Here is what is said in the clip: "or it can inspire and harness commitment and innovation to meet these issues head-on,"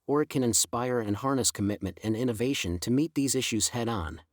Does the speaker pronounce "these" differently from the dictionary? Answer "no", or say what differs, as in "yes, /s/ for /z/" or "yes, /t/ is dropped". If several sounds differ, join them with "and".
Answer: no